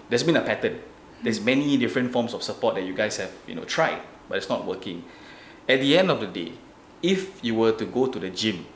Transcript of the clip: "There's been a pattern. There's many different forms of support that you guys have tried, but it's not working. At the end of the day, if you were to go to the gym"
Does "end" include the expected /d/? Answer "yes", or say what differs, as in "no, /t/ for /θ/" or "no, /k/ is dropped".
yes